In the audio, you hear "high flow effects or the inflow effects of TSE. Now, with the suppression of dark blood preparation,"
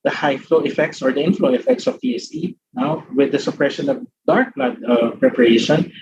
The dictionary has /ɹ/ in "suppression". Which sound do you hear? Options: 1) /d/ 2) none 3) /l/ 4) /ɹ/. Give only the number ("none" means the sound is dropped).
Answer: 4